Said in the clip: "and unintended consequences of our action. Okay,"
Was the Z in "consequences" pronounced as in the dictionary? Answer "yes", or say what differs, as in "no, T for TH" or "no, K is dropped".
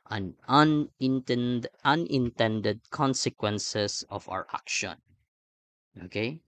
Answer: no, S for Z